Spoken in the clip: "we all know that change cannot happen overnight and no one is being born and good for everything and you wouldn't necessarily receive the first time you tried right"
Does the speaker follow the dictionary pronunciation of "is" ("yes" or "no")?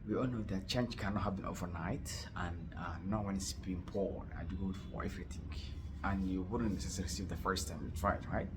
no